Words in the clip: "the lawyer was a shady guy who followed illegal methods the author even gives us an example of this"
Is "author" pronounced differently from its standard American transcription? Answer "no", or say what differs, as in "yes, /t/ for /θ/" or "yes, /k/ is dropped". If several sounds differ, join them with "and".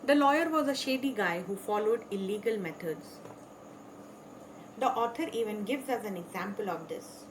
yes, /t/ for /θ/